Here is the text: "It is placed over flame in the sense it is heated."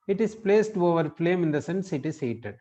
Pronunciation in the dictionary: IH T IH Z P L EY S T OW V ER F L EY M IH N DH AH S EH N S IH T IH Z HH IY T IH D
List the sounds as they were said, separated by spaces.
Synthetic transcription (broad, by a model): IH T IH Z P L EY S T OW V ER F L EY M IH N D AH S EH N S IH T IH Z HH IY T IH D